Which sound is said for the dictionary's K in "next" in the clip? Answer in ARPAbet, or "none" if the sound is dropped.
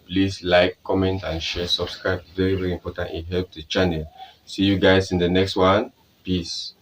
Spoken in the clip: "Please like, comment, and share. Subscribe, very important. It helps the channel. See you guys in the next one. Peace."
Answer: K